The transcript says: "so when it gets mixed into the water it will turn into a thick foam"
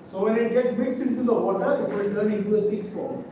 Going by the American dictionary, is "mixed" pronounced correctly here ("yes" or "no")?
no